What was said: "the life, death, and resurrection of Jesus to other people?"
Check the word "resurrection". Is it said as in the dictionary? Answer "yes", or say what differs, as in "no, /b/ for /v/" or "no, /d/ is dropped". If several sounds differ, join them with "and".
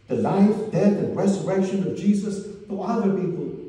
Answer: yes